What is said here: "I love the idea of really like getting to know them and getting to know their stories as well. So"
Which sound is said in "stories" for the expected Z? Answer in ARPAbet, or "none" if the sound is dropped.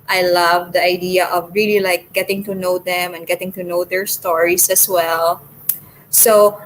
S